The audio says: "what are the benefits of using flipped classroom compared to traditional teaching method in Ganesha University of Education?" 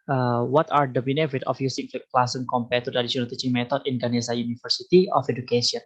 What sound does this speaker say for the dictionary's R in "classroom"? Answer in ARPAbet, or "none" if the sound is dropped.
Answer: none